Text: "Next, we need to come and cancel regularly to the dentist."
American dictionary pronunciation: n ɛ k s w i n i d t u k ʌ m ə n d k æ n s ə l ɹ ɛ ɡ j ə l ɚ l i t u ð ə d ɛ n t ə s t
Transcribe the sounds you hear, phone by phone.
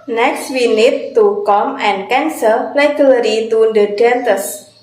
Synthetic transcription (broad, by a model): n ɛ k s w i n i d t u k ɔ m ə n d k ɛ n s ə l l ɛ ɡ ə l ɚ i t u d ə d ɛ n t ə s